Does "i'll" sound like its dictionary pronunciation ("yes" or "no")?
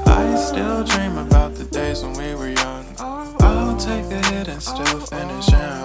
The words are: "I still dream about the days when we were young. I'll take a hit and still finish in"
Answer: no